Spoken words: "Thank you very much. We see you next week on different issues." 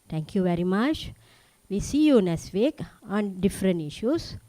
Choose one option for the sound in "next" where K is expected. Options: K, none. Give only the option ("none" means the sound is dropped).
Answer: none